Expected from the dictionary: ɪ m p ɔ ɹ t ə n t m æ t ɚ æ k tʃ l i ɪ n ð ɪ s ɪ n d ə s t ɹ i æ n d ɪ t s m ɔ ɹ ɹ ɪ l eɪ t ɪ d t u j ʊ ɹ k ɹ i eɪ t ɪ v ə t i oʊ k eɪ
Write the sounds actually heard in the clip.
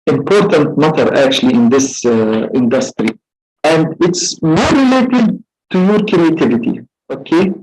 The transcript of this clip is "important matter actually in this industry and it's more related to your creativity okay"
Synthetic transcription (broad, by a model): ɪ m p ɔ ɹ t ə n t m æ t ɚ æ k tʃ l i ɪ n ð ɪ s ɪ n d ə s t ɹ i æ n d ɪ t s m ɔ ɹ ɹ ɪ l eɪ t ɪ d t u j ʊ ɹ k ɹ i eɪ t ɪ v ə t i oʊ k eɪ